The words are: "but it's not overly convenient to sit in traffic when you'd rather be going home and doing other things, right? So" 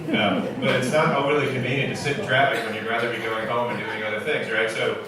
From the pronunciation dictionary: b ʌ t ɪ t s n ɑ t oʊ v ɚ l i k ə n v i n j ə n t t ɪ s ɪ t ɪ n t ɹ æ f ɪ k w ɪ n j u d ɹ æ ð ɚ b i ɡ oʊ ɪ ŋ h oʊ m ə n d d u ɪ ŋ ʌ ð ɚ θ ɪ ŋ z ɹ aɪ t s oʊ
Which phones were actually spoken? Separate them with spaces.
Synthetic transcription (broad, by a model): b ʌ t ɪ t s n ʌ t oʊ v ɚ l i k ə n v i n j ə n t t ɪ s ɪ t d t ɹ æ p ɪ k w ɪ n j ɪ ɹ æ ð ɚ b i ɡ oʊ ɪ ŋ h oʊ m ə n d d u ɪ ŋ ʌ ð ɚ θ ɪ ŋ z ɹ aɪ t s oʊ